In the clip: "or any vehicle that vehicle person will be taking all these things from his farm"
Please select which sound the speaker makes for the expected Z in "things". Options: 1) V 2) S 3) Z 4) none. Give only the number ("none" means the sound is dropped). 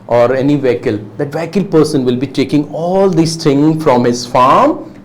4